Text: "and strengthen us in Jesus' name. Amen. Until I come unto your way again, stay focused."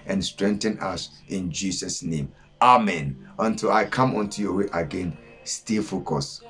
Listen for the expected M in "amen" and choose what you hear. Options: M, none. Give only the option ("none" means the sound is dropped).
M